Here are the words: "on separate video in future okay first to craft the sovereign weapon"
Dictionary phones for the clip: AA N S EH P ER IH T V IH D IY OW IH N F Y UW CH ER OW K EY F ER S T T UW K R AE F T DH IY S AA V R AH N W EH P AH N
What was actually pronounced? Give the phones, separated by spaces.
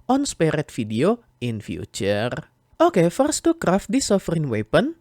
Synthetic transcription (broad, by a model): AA N S P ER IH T F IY D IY OW IH N F Y UW CH ER OW K EY F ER S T T UW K R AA F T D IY S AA F R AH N W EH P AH N